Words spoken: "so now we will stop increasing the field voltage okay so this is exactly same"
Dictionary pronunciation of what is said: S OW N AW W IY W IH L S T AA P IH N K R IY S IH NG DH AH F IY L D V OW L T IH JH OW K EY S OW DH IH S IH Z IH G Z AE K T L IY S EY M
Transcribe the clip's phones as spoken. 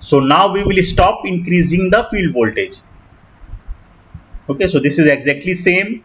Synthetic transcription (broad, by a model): S OW N AW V IY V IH L S T AA P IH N K R IY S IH NG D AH F IY L D V OW L T IH JH OW K EY S OW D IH S IH Z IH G Z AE K T L IY S EY M